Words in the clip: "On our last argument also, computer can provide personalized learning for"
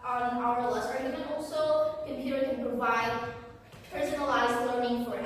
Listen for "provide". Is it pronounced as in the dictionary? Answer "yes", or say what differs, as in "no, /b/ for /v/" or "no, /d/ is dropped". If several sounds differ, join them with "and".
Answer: yes